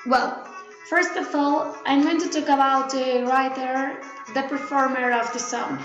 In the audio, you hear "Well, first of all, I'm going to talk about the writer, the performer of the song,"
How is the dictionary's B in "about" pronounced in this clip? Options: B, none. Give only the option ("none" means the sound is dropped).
none